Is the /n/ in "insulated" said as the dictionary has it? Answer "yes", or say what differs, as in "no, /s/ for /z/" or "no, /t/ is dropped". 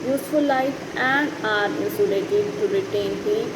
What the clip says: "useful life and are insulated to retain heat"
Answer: no, /n/ is dropped